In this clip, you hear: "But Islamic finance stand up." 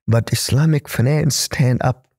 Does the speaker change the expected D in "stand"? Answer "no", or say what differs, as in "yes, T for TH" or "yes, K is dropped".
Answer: no